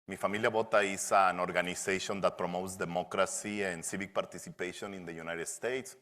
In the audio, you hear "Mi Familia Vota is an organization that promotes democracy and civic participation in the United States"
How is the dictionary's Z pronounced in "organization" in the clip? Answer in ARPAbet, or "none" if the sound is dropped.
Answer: S